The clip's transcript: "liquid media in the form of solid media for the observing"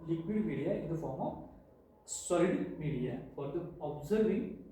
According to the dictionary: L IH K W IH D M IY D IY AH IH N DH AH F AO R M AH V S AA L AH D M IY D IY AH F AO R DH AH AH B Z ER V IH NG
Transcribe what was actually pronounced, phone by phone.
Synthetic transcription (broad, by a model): L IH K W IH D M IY D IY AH IH N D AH F AO R M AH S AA AH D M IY D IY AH F AO R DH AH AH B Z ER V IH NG